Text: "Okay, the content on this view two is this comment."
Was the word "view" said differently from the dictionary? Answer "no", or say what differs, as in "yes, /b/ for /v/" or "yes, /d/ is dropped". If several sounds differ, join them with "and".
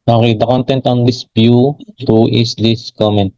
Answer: yes, /b/ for /v/